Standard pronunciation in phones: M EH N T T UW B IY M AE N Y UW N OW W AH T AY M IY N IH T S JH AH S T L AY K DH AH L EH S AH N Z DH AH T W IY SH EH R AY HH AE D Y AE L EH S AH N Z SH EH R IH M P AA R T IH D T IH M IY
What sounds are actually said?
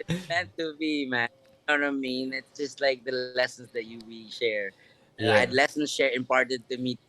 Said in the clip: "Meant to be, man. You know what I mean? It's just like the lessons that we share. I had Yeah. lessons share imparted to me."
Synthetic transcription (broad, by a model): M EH N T T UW B IY M AE N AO N OW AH M IY N IH T S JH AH S T L AY K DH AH L EH S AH N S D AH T W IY SH EH R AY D L EH S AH N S SH EH R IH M P AA R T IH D T IH M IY